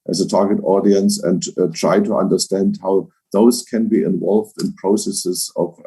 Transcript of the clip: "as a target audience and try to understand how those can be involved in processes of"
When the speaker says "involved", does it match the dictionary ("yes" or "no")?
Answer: yes